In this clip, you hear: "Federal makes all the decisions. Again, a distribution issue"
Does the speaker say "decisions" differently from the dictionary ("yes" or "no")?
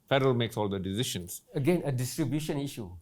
yes